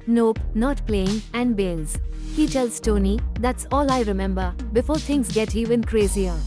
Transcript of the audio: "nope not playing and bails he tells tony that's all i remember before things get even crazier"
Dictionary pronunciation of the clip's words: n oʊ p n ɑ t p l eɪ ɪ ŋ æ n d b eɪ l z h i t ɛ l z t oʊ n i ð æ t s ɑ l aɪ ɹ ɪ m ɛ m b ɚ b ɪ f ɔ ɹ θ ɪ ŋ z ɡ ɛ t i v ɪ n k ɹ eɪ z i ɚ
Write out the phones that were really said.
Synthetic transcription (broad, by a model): n oʊ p n ɑ t p l eɪ ɪ ŋ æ n d b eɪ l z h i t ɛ l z t oʊ n i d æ t s ɑ l aɪ ɹ ɪ m ɛ m b ɚ b ɪ f ɔ ɹ t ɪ ŋ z ɡ ɛ t i v ɪ n k ɹ eɪ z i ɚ